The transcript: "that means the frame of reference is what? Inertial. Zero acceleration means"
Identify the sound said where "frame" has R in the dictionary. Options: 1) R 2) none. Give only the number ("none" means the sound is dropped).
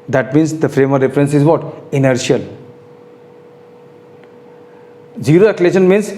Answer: 1